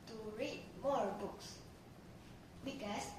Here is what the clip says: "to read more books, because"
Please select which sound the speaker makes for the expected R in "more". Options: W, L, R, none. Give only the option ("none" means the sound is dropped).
R